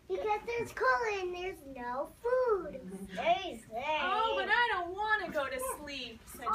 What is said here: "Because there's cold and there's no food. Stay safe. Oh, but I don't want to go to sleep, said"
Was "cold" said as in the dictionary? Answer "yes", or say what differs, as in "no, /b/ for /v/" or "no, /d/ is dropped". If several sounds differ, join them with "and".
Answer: no, /d/ is dropped